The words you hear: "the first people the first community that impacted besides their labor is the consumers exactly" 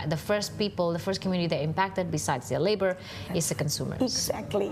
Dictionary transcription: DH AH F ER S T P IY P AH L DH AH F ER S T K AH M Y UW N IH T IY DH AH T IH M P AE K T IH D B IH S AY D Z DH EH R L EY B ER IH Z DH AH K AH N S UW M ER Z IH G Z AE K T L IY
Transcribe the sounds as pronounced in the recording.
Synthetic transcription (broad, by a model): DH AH F ER S T P IY P AH L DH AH F ER S T K AH M Y UW N IH T IY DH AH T IH M P AE K T IH D B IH S AY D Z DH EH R L EY B ER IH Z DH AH K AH N S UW M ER IH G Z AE K T L IY